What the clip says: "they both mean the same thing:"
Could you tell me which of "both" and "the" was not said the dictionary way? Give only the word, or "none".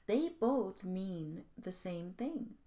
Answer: none